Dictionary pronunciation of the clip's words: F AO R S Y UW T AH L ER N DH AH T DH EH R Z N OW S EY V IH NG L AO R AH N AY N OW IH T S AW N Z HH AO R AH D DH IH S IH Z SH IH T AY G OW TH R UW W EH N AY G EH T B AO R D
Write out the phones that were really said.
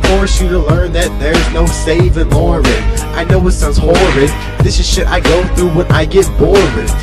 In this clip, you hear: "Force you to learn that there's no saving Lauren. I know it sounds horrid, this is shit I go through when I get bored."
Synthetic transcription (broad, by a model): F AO R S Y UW T AH L ER N DH AH T DH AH R Z N OW S EY V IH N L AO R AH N AY N OW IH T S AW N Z HH AO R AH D DH IH S IH Z SH IH T AY G OW TH R UW W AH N AY G EH T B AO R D